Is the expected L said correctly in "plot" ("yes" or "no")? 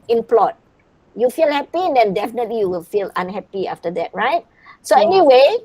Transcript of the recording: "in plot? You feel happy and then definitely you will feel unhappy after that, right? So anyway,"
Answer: yes